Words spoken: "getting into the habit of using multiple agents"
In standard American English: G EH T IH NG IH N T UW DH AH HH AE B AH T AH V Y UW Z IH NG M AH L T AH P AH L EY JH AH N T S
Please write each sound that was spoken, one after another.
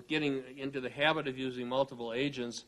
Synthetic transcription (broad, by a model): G EH T IH NG IH N T UW DH AH HH AE B AH T AH V Y UW Z IH NG M AH L T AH P L EY JH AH N T S